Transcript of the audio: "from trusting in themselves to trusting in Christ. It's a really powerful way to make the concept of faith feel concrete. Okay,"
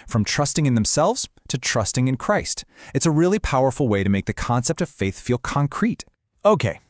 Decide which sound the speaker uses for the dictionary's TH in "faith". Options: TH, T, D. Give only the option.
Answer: TH